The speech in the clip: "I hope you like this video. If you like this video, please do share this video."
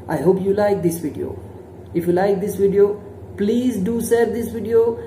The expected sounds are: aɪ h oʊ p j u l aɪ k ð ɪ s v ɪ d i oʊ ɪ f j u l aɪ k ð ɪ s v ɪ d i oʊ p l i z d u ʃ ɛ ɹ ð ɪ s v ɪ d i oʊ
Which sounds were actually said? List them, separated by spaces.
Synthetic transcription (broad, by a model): aɪ h oʊ p j u l aɪ k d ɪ s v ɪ d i oʊ ɪ f j u l aɪ k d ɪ s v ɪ d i oʊ p l i z d u s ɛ ɹ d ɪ s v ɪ d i oʊ